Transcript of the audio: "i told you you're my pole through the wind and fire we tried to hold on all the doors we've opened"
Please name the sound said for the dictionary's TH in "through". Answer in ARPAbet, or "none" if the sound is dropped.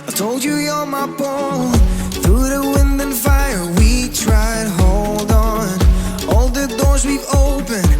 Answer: TH